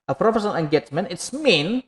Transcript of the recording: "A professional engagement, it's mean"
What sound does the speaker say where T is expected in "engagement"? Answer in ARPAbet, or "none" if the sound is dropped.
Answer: none